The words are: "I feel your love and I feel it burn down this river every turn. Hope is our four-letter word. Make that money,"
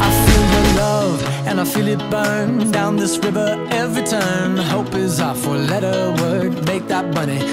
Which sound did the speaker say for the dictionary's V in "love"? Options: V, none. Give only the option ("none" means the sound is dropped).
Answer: V